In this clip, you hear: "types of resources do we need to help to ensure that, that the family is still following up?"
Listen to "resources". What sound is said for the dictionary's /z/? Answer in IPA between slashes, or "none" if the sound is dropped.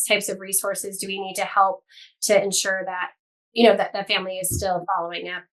/z/